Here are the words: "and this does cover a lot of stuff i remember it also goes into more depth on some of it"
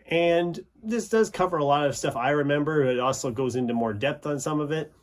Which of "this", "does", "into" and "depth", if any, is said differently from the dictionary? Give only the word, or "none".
none